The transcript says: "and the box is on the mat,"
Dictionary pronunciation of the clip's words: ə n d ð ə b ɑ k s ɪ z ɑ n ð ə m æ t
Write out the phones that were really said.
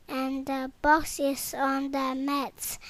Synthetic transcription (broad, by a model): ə n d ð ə b ɑ k s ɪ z ɑ n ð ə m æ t